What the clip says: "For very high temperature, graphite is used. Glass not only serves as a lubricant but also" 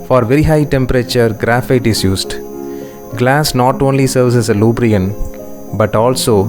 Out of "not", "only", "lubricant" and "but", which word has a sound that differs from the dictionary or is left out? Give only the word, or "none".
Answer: lubricant